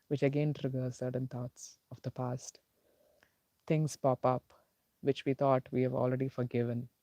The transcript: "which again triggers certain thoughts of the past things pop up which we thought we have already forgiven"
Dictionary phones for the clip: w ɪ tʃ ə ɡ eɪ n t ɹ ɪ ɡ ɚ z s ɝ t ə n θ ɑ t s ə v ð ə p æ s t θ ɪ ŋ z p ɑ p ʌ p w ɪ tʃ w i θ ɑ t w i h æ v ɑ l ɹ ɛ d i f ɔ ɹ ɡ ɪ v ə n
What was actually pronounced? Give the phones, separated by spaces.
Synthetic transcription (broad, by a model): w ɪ tʃ ə ɡ eɪ n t ɹ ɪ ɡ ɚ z s ɝ t ə n t ɑ t s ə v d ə p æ s t t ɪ ŋ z p ɑ p ʌ p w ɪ tʃ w i t ɑ t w i h æ v ɑ l ɹ ɛ d i f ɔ ɹ ɡ ɪ v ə n